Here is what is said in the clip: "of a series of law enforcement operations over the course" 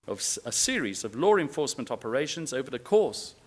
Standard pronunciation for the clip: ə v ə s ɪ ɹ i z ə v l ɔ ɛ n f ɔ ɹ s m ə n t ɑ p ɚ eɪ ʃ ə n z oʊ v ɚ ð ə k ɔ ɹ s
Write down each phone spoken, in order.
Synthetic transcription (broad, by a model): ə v ə s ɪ ɹ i z ə v l ɔ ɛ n f ɔ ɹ s m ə n t ɑ p ɚ eɪ ʃ ə n z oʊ v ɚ ð ə k ɔ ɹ s